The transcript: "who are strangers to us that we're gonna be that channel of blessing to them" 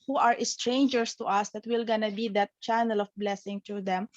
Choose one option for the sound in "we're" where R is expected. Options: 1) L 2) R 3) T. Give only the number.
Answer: 1